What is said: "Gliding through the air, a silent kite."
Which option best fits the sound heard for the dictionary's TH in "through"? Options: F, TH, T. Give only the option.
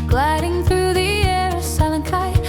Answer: TH